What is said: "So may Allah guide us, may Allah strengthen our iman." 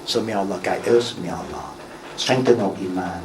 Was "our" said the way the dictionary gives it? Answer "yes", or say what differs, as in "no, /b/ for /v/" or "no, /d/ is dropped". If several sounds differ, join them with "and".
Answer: no, /l/ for /ɹ/